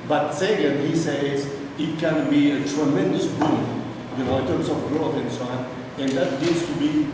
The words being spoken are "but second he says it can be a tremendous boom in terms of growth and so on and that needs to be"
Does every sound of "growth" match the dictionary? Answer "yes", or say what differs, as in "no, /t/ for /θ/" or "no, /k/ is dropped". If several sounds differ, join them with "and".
no, /f/ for /θ/